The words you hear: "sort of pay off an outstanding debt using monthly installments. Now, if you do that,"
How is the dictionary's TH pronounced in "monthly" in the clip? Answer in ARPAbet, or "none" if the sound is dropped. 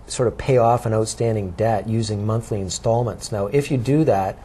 TH